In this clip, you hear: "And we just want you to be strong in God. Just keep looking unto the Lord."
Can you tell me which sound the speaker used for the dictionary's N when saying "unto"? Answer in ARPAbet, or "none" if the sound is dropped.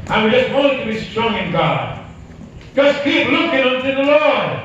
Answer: N